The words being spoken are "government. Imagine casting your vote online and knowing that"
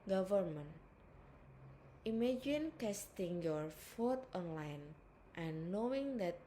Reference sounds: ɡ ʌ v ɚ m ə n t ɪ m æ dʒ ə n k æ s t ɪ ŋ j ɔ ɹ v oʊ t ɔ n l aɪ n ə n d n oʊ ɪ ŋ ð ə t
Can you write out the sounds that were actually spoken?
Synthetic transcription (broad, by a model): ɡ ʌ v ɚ m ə n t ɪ m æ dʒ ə n k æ s t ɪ ŋ j ɔ ɹ f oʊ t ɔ n l aɪ n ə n n oʊ ɪ ŋ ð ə t